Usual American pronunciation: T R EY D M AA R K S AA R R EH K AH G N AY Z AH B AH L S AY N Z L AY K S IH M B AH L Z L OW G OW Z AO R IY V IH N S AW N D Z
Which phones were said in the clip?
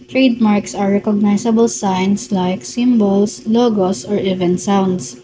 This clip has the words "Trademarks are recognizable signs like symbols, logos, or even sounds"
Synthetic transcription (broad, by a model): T R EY D M AA R K S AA R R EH K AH G N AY S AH B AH L S AY N S L AY K S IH M B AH L S L OW G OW S AO R IY V IH N S AW N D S